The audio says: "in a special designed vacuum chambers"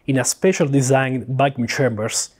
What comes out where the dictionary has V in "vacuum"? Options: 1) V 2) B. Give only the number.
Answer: 2